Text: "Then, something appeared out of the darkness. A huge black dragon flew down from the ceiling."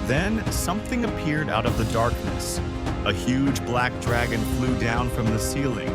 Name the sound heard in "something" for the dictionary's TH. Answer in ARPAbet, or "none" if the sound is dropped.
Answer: TH